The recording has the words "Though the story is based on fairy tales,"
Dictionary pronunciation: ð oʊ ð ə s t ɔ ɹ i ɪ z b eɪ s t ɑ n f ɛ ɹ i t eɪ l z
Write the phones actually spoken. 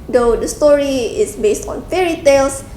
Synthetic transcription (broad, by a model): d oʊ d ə s t ɔ ɹ i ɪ s b eɪ s t ɑ n f ɛ ɹ i t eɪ l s